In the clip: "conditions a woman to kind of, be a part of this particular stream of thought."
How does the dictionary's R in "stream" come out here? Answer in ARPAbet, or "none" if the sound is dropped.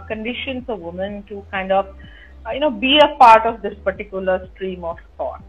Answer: R